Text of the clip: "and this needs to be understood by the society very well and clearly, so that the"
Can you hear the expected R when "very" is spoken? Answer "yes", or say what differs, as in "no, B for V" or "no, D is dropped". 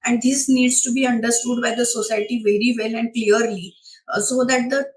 yes